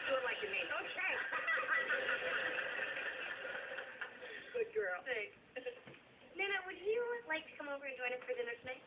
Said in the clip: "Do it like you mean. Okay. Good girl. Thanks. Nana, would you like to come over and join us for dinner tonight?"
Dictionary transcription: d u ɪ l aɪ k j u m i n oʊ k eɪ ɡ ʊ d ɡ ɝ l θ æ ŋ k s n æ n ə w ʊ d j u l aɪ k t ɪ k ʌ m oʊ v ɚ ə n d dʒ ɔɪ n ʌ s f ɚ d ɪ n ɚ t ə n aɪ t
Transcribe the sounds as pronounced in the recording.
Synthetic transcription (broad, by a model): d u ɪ l aɪ k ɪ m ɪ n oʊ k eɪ ɡ ʊ d ɡ ɝ l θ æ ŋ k n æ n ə w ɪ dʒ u l aɪ k t ɪ k ʌ m oʊ v ɚ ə n dʒ ɔɪ n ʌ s f ɚ d ɪ n ɚ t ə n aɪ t